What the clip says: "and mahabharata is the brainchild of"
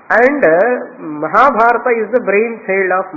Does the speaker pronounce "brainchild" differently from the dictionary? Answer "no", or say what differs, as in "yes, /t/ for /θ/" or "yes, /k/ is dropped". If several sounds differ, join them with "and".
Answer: yes, /s/ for /tʃ/